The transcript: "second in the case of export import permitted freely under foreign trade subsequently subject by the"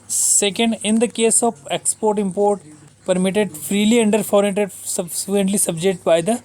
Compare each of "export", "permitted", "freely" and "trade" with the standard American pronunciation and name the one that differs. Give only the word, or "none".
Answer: trade